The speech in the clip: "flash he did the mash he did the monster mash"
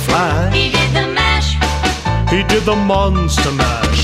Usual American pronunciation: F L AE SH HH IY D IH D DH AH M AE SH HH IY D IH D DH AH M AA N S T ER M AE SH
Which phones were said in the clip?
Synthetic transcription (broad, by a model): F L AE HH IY D IH D DH AH M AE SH HH IY D IH D DH AH M AA N S T ER M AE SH